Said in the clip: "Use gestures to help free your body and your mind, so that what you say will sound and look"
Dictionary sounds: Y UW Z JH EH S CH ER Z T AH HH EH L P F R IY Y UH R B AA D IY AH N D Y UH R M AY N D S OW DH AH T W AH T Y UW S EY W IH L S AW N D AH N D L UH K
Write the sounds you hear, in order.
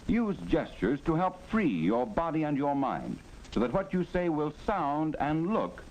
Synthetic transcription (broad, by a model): Y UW Z JH EH S CH ER Z T AH HH EH L P F R IY Y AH R B AA D IY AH N Y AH R M AY N D S OW DH AH T W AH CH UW S EY W IH L S AW N D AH N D L UH K